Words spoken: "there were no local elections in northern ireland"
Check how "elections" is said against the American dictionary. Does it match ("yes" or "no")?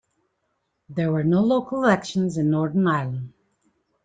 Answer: yes